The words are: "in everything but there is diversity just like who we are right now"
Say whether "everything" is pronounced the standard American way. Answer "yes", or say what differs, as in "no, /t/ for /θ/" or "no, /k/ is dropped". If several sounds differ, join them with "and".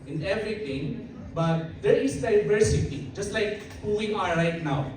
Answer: no, /t/ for /θ/